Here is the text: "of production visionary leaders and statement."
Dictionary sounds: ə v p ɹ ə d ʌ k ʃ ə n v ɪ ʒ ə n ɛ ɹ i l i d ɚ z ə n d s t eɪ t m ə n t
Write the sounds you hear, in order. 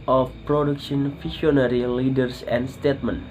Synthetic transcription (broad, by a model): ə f p ɹ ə d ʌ k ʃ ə n f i ʃ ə n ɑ ɹ i l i d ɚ s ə n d s t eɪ t m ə n